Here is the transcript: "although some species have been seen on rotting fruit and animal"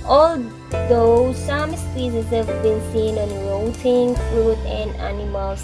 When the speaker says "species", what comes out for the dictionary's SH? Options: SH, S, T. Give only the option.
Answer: S